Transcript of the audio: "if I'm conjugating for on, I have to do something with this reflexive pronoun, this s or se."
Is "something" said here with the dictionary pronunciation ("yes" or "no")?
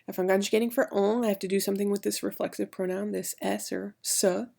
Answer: yes